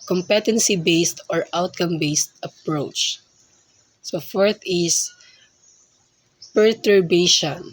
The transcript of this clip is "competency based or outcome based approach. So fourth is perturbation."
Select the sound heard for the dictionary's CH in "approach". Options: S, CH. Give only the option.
CH